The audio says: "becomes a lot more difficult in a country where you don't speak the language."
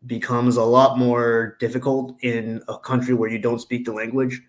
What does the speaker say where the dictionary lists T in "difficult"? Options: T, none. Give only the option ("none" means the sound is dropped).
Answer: T